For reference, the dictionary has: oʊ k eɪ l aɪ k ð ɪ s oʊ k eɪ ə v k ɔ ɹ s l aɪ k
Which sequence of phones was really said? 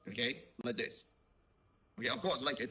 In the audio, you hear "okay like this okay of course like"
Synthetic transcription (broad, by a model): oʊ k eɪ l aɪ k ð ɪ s oʊ k eɪ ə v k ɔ w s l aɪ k